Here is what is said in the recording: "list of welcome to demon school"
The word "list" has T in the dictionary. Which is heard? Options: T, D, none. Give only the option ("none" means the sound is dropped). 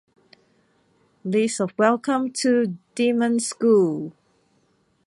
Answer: none